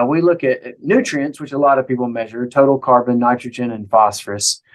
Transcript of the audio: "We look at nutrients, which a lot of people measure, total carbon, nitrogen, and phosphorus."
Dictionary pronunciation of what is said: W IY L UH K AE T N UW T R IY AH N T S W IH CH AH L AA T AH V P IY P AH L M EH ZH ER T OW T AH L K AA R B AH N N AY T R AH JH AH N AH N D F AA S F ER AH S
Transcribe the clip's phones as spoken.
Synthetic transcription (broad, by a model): W IY L UH K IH T N UW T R IY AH N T S W IH CH AH L AA T AH V P IY P L M EH ZH ER T OW T L K AA R B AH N N AY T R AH JH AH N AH N F AA S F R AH S